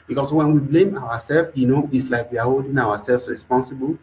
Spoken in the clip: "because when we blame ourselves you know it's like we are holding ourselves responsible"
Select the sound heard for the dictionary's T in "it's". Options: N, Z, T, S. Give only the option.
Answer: T